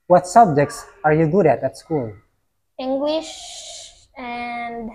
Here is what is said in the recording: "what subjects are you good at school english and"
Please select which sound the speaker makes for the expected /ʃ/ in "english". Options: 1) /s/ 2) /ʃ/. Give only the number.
2